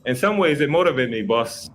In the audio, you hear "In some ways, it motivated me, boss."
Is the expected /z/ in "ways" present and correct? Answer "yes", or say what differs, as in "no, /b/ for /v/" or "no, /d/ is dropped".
yes